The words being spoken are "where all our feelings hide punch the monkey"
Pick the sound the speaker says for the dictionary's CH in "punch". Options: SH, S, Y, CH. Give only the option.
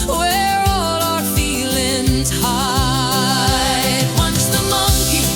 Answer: S